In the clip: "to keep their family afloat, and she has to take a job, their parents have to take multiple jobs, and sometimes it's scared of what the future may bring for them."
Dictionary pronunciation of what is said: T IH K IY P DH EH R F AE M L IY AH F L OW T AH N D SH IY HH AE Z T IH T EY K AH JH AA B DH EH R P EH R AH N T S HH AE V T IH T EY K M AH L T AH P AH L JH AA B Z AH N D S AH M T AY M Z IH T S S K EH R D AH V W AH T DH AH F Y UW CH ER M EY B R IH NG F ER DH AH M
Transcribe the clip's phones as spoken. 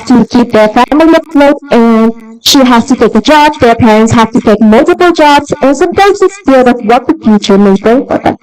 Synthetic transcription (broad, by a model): T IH K IY P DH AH R F AE M L IY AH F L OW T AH N SH IY HH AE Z T IH T EY K AH JH AA B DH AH R P EH R AH N T S HH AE F T IH T EY K M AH L T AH P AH L JH AA B Z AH N S AH M T AY M Z IH T S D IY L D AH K W AH T DH AH F Y UW CH ER M EY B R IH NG F ER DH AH M